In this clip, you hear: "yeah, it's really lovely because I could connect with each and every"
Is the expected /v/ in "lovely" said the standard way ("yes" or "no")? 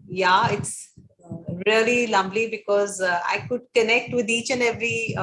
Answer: no